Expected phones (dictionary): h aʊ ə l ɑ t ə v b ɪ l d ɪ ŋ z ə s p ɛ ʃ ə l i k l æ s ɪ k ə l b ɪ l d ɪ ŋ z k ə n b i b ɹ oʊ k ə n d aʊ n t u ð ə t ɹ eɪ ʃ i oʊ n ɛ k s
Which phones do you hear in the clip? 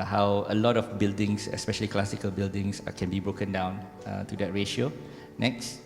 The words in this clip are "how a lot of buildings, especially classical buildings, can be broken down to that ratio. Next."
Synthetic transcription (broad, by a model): h aʊ ə l ɑ t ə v b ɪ l d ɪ ŋ s ə s p ɛ ʃ ə l i k l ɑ s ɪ k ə l b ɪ l d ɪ ŋ s k ə n b i b ɹ oʊ k ə n d aʊ n t u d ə t ɹ eɪ ʃ i oʊ n ɛ k s